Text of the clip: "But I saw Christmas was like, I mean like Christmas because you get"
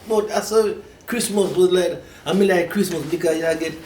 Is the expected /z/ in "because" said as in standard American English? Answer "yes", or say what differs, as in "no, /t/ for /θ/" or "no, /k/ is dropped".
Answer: no, /z/ is dropped